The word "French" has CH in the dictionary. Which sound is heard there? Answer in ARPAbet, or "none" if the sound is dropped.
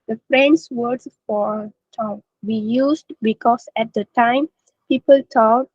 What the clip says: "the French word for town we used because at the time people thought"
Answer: S